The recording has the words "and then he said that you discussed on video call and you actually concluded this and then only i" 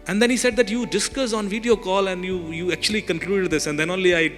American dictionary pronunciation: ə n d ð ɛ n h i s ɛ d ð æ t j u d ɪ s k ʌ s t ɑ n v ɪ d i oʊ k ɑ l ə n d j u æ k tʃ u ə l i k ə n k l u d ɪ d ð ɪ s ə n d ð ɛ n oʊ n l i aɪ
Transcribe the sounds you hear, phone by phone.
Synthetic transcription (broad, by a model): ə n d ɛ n h i s ɛ d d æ t j u d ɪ s k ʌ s ɑ n v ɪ d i oʊ k ɑ l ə n d j u æ k tʃ u ə l i k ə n k l u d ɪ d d ɪ s ə n d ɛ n oʊ n l i aɪ